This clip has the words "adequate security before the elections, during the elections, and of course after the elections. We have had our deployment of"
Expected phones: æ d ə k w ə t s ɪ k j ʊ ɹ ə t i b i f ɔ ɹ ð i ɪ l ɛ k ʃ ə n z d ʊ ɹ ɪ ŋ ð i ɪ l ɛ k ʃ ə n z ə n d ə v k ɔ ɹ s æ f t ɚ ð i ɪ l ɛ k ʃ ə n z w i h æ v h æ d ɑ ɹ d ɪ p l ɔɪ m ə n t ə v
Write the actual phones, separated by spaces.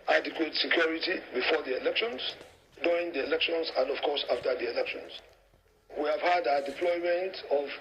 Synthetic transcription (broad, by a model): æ d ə k w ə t s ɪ k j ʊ ɹ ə t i b i f ɔ ɹ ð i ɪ l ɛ k ʃ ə n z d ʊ ɪ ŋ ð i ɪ l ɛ k ʃ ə n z ə n d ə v k ɔ ɹ s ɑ f t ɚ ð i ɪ l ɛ k ʃ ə n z w i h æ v h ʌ d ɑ d ɪ p l ɔɪ m ə n t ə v